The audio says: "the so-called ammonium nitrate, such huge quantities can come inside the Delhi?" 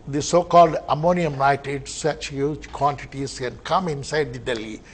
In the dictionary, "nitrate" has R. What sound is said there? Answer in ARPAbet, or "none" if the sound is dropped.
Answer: none